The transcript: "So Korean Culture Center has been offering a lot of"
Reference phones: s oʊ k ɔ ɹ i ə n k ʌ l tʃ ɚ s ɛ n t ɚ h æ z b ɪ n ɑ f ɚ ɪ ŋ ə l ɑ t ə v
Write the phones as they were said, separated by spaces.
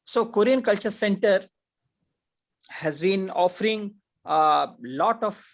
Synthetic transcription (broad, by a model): s oʊ k ɔ ɹ i ə n k ʌ l tʃ ɚ s ɛ n t ɚ h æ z b ɪ n ɑ f ɚ ɪ ŋ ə l ɑ t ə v